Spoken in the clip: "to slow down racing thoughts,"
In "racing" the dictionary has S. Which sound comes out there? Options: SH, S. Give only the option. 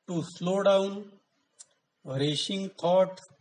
SH